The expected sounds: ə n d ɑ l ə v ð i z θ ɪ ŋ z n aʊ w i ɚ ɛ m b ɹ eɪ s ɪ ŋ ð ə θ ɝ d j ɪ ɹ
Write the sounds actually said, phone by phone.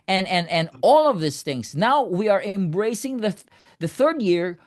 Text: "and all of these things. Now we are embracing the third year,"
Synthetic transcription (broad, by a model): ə n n ɑ l ə v ð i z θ ɪ ŋ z n aʊ w i ɚ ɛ m b ɹ eɪ s ɪ ŋ ð ə θ ɝ d j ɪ ɹ